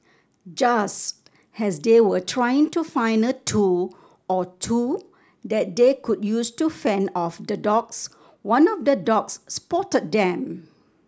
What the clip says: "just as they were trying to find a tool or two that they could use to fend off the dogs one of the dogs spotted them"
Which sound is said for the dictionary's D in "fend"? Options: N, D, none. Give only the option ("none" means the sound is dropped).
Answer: none